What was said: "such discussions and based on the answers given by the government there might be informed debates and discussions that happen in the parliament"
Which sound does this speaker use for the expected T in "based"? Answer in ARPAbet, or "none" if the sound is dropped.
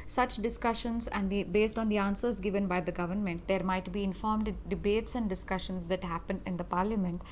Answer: T